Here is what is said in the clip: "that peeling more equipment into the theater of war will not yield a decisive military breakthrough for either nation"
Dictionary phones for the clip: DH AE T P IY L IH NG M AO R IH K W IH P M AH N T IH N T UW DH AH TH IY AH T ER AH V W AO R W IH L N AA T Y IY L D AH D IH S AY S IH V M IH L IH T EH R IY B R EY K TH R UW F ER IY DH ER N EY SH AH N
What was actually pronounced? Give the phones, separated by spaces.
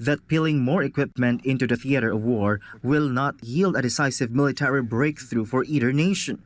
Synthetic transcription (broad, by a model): DH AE T P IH L IH NG M AO R IH K W IH P M AH N T IH N T UW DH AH TH IY AH T ER AH V W AO R W IH L N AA T Y IY L D AH D IH S AY S IH V M IH L IH T EH R IY B R EY K TH R UW F ER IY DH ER N EY SH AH N